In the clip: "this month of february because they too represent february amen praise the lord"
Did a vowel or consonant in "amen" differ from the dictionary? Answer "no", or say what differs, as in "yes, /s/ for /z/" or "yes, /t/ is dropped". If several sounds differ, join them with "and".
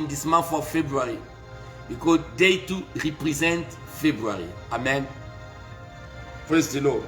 no